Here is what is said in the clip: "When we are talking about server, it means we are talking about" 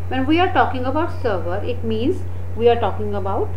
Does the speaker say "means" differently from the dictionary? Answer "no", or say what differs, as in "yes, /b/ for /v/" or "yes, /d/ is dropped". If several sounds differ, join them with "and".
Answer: no